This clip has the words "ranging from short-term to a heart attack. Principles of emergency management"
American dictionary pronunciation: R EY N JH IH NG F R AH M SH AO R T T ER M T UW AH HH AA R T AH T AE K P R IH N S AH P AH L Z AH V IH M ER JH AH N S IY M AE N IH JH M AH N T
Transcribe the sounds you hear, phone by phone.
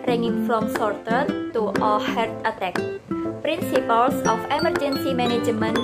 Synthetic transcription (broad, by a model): R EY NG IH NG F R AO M S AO R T T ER T UW AH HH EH R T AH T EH K P R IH N S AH P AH L S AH F IH M ER JH AH N S IY M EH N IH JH M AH N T